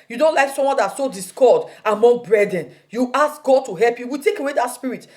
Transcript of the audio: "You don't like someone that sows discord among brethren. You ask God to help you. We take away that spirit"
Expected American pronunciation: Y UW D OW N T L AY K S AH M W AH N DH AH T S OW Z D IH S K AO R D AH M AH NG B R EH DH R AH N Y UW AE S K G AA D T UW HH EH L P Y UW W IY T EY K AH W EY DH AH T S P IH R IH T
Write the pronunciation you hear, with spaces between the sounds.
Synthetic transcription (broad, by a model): Y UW D OW N T L AY K S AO M W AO N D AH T S OW D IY S K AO D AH M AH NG B R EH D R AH N Y UW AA S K G AA D T UW HH EH L P Y UW W IY T EY K AH W EY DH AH T S P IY R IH T